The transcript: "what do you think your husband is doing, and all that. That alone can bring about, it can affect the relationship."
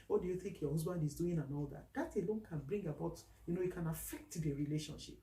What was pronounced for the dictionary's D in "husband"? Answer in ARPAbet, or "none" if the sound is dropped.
D